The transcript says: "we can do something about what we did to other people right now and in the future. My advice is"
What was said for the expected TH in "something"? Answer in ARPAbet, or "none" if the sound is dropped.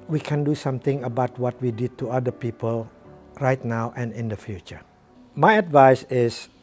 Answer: T